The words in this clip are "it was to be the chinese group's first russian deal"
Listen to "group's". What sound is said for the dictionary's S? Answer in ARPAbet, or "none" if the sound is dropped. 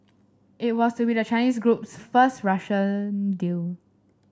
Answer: S